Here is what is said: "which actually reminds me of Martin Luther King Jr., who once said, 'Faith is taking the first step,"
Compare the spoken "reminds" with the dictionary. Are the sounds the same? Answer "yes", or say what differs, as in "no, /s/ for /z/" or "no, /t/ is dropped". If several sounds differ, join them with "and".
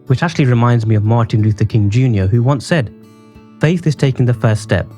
yes